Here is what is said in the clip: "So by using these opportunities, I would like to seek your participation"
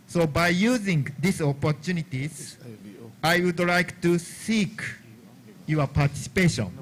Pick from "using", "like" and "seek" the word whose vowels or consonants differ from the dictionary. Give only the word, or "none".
none